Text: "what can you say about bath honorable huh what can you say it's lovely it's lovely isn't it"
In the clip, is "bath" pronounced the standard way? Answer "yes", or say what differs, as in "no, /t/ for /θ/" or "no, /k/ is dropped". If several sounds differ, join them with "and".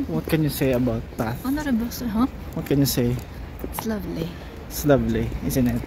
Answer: no, /t/ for /θ/